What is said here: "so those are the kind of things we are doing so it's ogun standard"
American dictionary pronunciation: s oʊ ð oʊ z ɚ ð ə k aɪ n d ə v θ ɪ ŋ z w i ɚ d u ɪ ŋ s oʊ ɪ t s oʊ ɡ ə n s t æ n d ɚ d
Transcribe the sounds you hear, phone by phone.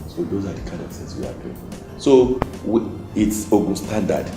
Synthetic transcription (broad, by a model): s oʊ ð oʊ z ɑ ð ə k aɪ n d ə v s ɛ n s w i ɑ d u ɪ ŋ s oʊ ɪ t s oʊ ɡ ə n s t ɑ n d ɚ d